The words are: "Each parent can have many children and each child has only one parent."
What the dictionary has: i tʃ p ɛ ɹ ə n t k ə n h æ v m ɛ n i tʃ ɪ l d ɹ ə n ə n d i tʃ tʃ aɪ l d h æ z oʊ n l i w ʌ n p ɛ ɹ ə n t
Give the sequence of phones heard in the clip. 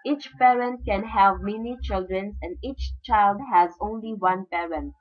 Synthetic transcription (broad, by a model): i tʃ p ɛ ɹ ə n t k ə n h æ v m ɛ n i tʃ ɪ l d ɹ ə n ə n d i tʃ tʃ aɪ l d h æ z oʊ n l i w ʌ n p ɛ ɹ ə n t